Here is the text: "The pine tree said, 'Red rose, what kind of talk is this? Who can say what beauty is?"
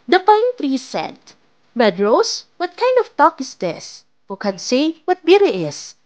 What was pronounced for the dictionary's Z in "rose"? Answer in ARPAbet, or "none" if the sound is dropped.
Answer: S